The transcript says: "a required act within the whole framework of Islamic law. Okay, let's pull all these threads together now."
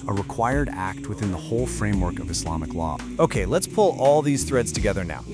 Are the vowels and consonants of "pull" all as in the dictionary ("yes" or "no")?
yes